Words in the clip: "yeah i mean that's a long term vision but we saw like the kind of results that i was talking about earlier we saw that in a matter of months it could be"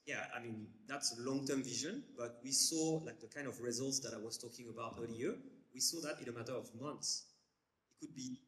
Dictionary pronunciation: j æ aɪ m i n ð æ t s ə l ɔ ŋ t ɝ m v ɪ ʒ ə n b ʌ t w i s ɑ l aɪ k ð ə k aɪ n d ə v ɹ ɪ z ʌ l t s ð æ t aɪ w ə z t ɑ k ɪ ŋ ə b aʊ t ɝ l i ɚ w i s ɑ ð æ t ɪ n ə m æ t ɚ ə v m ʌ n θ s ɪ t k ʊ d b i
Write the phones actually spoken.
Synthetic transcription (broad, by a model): j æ aɪ m i n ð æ t s ə l ɔ ŋ t ɝ m v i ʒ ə n b ʌ t w i s ɑ l aɪ k ð ə k aɪ n d ə v ɹ ɪ z ʌ l t s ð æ t aɪ w ə z t ɑ k ɪ ŋ ə b aʊ t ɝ l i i w i s ɑ ð æ t ɪ n ə m æ t ɚ ə v m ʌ n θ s ɪ t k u d b i